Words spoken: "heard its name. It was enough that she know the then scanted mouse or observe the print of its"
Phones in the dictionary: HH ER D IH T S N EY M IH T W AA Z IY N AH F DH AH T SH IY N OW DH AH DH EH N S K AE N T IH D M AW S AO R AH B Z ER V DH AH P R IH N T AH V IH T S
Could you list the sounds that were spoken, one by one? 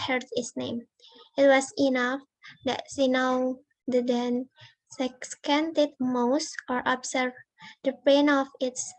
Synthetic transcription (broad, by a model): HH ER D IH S N EY M IH T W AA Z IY N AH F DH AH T S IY N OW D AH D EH N S K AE N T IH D M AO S AO R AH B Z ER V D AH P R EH N AH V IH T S